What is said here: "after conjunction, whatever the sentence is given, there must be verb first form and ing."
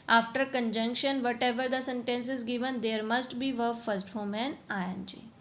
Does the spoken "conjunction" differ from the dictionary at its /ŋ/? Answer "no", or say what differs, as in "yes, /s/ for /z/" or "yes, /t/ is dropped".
no